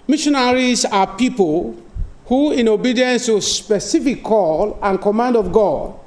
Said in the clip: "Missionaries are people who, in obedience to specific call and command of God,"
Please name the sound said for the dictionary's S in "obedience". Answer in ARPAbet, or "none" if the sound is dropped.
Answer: S